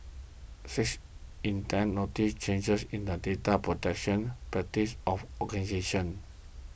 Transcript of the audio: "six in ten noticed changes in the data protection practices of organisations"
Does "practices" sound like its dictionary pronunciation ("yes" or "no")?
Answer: no